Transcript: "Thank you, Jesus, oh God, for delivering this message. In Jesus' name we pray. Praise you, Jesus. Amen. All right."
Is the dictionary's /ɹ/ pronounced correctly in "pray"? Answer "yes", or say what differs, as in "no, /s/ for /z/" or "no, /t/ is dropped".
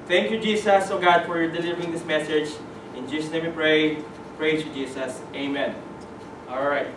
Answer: yes